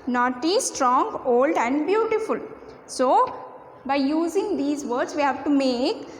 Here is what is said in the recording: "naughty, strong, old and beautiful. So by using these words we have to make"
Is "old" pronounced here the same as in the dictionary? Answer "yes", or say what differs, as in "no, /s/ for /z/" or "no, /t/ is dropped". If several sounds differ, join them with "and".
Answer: yes